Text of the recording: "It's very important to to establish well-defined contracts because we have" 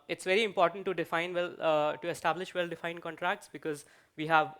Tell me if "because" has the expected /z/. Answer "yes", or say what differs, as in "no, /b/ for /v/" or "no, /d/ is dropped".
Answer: yes